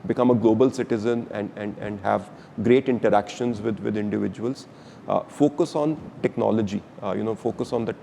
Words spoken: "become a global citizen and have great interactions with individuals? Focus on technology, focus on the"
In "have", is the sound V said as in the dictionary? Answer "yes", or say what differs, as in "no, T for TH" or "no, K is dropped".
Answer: yes